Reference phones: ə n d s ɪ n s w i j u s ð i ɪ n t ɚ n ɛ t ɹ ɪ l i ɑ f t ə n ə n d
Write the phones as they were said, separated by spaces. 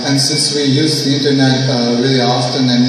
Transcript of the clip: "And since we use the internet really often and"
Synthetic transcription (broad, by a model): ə n s ɪ n s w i j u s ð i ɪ n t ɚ n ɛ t w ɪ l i ɑ f t ə n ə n